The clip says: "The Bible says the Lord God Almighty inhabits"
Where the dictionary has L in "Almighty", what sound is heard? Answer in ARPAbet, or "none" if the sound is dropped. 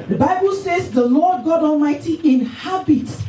L